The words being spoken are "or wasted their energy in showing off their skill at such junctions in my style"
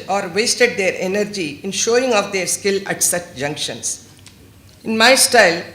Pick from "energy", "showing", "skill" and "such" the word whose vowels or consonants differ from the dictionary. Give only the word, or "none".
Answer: none